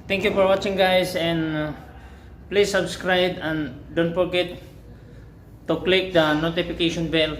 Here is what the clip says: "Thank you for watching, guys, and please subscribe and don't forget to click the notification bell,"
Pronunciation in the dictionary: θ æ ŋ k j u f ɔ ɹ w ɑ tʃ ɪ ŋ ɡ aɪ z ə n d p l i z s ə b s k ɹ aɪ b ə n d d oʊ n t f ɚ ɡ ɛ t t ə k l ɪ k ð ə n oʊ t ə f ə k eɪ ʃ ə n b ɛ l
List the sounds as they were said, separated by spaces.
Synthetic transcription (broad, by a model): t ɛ ŋ k j u f ɔ ɹ w ɑ tʃ ɪ ŋ ɡ aɪ s ə n d p l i s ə b s k ɹ aɪ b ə n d d oʊ n t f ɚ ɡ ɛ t t ə k l ɪ k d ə n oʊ t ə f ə k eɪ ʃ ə n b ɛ l